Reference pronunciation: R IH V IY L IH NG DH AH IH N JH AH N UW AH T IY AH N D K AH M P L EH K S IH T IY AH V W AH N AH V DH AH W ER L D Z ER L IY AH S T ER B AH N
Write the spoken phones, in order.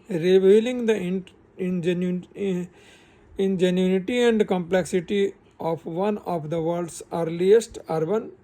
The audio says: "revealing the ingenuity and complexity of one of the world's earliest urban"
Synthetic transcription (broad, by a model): R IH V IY L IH NG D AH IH N JH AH N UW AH T IY AH N D K AH M P L EH K S IH T IY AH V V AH N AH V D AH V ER D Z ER L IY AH S T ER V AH N